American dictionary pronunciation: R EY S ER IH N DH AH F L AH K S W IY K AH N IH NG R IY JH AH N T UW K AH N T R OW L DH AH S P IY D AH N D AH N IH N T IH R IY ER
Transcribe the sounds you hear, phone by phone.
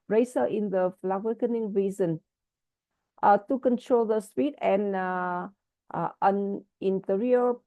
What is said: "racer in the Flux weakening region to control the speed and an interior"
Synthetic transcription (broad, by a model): R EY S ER IH N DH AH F L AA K W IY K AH N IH NG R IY Z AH N T UW K AH N T R OW L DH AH S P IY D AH N AH N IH N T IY R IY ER